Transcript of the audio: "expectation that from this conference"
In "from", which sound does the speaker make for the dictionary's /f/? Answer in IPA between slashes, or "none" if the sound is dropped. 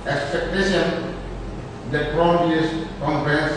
/p/